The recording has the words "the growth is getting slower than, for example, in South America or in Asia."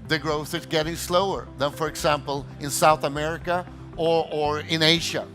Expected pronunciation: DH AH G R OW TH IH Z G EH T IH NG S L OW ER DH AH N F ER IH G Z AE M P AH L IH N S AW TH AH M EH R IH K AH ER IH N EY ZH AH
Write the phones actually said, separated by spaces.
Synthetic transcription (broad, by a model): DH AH G R OW TH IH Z G EH T IH NG S L OW ER DH AH N F ER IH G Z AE M P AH L IH N S AW TH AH M EH R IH K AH ER IH N EY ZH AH